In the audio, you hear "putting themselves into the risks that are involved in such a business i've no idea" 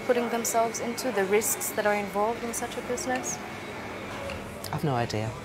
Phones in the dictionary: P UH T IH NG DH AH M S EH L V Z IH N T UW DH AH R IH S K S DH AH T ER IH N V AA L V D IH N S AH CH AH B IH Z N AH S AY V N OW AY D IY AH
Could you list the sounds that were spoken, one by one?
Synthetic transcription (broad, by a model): P UH T IH NG DH AH M S EH L V Z IH N T UW DH AH R IH S K S DH AH T ER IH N V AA L V D IH N S AH CH AH B IH Z N AH S AY V N OW AY D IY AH